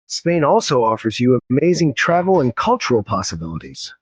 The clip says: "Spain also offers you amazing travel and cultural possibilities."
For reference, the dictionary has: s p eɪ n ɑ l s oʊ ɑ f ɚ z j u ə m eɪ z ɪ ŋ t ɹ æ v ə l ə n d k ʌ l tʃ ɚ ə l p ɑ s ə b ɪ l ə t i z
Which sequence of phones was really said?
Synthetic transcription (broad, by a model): s p eɪ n ɑ l s oʊ ɑ f ɚ z j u ə m eɪ z ɪ ŋ t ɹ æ v l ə n k ʌ l tʃ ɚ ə l p ɑ s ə b ɪ l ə t i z